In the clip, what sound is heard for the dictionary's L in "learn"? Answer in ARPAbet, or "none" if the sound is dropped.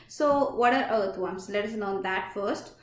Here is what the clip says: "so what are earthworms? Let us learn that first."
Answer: N